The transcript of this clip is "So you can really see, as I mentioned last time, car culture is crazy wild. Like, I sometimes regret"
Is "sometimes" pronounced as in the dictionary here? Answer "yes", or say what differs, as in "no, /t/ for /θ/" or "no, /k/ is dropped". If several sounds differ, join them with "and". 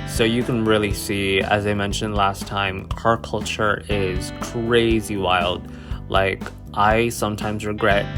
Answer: yes